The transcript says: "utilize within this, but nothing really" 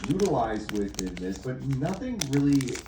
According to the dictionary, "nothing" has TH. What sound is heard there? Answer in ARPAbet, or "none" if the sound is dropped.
TH